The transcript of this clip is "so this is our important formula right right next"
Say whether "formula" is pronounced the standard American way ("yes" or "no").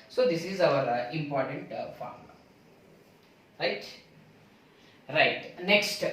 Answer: no